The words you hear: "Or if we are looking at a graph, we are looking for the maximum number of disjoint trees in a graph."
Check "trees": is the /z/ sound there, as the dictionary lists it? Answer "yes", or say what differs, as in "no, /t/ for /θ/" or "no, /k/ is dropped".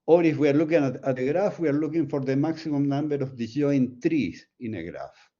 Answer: no, /s/ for /z/